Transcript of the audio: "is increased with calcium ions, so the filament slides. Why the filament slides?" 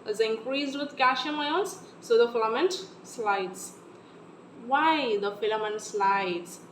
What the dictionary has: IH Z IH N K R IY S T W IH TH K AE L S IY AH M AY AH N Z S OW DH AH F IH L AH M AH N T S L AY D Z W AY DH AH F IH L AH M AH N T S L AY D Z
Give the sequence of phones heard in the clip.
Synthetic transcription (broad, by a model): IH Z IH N K R IY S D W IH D K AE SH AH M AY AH L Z S OW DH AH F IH L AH M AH N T S L AY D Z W AY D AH F IH L AH M AH N T S L AY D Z